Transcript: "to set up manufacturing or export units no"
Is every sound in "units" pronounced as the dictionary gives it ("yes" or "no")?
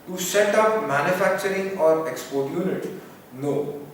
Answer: no